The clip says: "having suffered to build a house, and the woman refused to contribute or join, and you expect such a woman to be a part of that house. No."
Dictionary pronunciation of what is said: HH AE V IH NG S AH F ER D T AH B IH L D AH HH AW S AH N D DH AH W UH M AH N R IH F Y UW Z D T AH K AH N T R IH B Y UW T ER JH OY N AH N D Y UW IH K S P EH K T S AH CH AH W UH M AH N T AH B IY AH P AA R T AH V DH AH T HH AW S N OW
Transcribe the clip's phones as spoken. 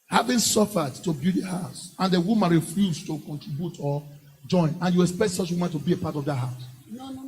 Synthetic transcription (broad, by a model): HH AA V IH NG S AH F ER D T AH B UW D AH HH AW S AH N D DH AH W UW M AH N R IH F Y UW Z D T AH K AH N T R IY B Y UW T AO JH OY N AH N Y UW IH K S P EH K T S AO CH W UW M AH N T AH B IY AH P AA T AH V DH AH T HH AW S